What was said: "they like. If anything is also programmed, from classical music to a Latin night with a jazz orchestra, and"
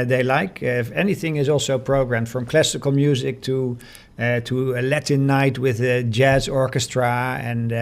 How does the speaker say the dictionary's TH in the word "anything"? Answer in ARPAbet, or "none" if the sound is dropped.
TH